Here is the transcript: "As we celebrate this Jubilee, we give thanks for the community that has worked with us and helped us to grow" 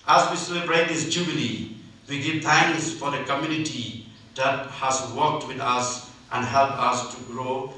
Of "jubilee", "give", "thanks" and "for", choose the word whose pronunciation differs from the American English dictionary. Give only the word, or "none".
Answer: thanks